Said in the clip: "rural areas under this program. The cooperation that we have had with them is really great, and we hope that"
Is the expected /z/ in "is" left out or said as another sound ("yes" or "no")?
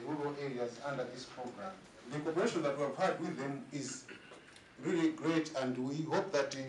no